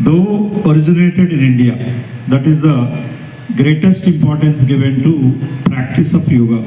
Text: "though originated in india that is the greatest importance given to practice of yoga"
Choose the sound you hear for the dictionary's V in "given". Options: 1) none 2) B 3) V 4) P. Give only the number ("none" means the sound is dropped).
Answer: 3